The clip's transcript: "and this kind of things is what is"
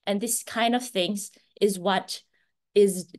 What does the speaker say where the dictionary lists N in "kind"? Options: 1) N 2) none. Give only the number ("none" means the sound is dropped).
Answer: 1